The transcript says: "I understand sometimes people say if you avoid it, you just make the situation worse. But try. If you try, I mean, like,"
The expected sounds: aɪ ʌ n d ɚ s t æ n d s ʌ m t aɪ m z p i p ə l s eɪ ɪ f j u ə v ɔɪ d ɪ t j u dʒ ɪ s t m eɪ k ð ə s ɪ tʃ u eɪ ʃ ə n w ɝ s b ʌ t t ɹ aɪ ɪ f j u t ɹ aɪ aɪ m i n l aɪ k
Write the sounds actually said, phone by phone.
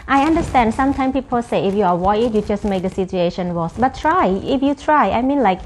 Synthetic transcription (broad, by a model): aɪ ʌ n d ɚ s t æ n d s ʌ m t aɪ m p i p ə l s eɪ ɪ f j u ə w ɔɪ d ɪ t j u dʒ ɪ s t m eɪ k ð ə s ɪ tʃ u eɪ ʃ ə n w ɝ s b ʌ t t ɹ aɪ ɪ f j u t ɹ aɪ aɪ m i n l aɪ k